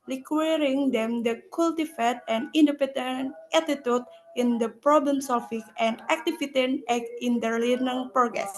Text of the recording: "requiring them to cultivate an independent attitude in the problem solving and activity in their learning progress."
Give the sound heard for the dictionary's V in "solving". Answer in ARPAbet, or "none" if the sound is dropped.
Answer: F